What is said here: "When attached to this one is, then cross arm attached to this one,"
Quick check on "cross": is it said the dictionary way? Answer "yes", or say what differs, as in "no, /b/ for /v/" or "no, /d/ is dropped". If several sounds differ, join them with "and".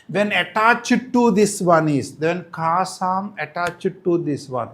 no, /ɹ/ is dropped